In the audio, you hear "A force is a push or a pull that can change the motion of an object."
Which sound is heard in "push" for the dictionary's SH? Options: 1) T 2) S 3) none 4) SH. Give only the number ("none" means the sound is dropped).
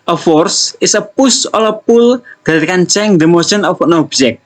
2